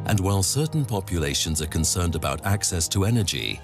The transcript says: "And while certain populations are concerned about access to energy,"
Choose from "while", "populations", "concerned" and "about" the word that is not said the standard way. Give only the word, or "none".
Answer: none